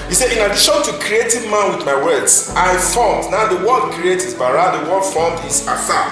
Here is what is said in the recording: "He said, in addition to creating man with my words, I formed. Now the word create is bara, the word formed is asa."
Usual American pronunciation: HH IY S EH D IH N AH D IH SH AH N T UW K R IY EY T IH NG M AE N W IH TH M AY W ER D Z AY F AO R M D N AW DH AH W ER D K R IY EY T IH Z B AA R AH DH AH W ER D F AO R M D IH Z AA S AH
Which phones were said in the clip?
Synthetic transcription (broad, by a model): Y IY S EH IH N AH D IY SH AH N T UW K R IY EY T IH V M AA N W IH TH M AY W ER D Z AY F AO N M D N AW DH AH W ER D K R IY EY T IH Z B AA R AH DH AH W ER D F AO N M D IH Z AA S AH